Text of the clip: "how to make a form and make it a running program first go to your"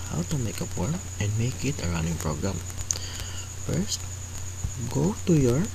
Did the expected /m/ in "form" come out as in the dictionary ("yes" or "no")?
no